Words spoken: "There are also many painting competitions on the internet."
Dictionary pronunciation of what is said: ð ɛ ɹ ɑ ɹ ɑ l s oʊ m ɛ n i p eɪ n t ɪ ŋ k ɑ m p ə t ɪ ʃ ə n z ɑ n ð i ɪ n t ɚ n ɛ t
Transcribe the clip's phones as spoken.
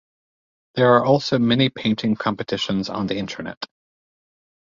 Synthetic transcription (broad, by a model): ð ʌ ɹ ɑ ɹ ɑ l s oʊ m ɛ n i p eɪ n t ɪ ŋ k ɑ m p ə t ɪ ʃ ə n z n ð i ɪ n t ɚ n ɛ t